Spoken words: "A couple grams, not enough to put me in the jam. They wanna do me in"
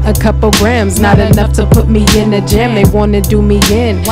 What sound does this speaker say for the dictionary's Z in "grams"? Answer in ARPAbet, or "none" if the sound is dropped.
Z